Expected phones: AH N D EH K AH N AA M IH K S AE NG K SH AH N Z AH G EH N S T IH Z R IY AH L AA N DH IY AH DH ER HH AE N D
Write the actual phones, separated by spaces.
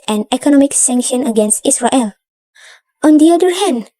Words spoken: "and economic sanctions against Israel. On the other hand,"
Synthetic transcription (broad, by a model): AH N EH K AH N AA M IH K S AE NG K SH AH N AH G EH N S T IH S R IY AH L AA N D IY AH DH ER HH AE N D